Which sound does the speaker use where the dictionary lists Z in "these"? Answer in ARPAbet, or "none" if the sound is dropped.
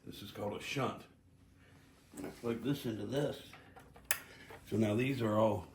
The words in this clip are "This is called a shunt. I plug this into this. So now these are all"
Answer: Z